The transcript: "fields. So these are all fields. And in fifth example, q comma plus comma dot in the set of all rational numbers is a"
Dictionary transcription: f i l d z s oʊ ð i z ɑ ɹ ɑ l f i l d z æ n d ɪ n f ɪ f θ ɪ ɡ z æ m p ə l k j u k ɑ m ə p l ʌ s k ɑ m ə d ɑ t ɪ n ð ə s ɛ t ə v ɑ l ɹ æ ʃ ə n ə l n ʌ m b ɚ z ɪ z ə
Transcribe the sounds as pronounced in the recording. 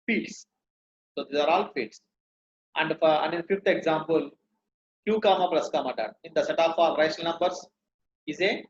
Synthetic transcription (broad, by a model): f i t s s oʊ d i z ɑ ɹ ɑ l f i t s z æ n d ɪ n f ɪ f t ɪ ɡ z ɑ m p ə l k j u k ɑ m ə p l ʌ s k ɑ m ə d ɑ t ɪ n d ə s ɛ t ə p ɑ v ɹ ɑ ə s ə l n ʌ m b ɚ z ɪ z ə